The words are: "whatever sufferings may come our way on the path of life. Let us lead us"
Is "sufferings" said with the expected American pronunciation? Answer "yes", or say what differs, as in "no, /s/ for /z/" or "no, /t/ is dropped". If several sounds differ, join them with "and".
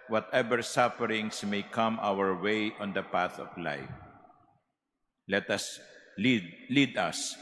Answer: no, /s/ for /z/